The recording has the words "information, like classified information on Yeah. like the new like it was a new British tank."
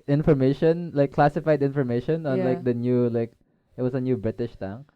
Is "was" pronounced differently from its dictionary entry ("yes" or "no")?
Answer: yes